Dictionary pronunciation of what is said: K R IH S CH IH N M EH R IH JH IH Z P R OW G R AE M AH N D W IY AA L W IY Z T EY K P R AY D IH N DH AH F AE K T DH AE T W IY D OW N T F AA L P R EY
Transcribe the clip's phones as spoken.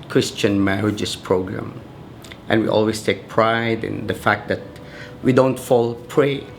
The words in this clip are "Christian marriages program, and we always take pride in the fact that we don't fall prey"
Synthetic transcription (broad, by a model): K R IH S CH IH N M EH R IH JH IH S P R OW G R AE M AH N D W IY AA L W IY S T EY K P R AY D IH N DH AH F AE K T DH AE T W IY D OW N T F AA L P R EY